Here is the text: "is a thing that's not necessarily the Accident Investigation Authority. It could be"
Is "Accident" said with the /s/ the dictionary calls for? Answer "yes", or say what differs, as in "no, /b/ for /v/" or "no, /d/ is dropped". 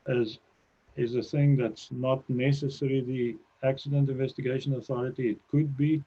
yes